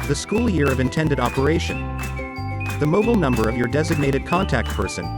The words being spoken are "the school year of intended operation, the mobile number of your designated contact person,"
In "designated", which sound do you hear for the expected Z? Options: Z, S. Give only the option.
Z